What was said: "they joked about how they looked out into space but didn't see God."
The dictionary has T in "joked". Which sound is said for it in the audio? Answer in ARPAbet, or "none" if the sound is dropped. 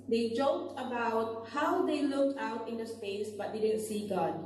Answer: T